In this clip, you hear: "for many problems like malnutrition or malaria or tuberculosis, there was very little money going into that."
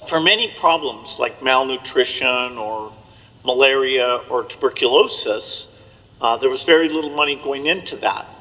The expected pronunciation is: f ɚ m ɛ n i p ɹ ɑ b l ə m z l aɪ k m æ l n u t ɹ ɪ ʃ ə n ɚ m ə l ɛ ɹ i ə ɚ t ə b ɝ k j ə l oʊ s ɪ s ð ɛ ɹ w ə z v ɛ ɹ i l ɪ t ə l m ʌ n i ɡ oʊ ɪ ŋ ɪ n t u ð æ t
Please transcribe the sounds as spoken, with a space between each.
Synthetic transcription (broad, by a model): f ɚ m ɛ n i p ɹ ɑ b l ə m z l aɪ k m æ l n u t ɹ ɪ ʃ ə n ɚ m ə l ɛ ɹ i ə ɚ t ə b ɝ k j ə l oʊ s ɪ s ð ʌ ɹ w ə z v ɛ ɹ i l ɪ t l m ʌ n i ɡ oʊ ɪ ŋ ɪ n t u ð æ t